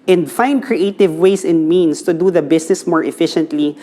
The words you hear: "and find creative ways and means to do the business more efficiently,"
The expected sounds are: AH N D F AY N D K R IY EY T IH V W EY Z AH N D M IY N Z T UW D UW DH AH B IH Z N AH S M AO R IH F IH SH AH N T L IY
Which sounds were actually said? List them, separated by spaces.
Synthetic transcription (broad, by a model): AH N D F AY N D K R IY EY T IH V W EY S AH N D M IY N S T UW D UW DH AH B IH S N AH S M AO R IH F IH SH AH N T L IY